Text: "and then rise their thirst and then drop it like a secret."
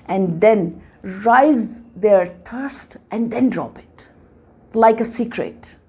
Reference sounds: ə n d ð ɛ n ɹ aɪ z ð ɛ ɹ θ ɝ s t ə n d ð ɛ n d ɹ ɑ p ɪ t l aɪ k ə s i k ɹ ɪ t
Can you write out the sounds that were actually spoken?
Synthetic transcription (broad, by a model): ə n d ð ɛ n ɹ aɪ z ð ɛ ɹ t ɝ s t ə n d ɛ n d ɹ ɑ p ɪ t l aɪ k ə s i k ɹ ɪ t